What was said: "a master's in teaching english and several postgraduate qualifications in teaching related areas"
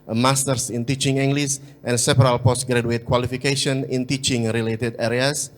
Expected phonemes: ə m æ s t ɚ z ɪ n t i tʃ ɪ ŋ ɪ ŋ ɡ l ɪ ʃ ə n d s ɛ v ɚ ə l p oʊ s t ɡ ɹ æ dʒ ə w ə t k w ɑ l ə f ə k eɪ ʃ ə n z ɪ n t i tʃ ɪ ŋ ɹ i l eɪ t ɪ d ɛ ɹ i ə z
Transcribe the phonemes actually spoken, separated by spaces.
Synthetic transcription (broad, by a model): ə m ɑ s t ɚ s ɪ n t i tʃ ɪ ŋ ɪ ŋ ɡ l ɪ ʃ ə n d s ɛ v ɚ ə l p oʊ s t ɡ ɹ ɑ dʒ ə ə t k w ɑ l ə f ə k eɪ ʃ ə n ɪ n t i tʃ ɪ ŋ ɹ i l eɪ t ɪ d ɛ ɹ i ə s